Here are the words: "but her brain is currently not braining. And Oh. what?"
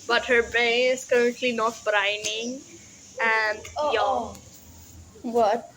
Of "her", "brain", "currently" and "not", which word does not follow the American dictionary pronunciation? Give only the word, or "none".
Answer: brain